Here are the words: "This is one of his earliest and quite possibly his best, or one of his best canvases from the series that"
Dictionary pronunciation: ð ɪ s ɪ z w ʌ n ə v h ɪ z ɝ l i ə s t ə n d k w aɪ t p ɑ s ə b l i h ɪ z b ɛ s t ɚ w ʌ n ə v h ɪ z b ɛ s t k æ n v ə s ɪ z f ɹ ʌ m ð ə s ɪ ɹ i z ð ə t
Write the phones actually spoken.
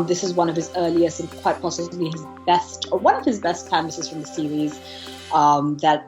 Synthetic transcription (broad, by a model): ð ɪ s ɪ z w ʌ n ə v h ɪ z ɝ l i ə s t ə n k w aɪ t p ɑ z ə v l i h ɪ z b ɛ s t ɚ w ʌ n ə v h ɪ z b ɛ s t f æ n ə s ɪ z f ɹ ʌ m ð ə s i ɹ i z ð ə t